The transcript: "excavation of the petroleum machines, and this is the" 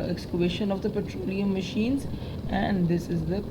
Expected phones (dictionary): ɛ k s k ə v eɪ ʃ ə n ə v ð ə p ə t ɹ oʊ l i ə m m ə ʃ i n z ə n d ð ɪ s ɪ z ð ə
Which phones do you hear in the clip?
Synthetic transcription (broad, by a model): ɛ k s k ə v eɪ ʃ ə n ə v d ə p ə t ɹ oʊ l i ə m m ə ʃ i n z ə n d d ɪ s ɪ z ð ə